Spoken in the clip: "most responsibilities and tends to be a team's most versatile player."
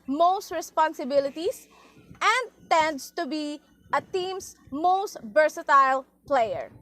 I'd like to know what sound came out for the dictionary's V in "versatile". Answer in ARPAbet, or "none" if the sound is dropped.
B